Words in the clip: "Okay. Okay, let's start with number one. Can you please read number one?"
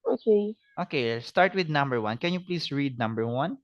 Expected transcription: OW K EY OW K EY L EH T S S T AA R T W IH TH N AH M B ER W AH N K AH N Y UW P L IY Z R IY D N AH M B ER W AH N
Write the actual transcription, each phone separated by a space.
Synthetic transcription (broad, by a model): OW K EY OW K EY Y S S T AA R T W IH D N AH M B ER W AH N K AH N Y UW P L IY S R IY D N AH M B ER W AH N